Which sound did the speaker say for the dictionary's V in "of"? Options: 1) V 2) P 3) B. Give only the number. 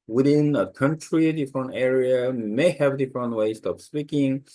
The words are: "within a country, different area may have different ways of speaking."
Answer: 2